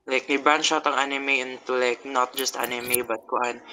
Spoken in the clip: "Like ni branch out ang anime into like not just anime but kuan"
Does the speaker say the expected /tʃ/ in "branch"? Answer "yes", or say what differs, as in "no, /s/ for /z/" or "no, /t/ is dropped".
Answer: no, /ʃ/ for /tʃ/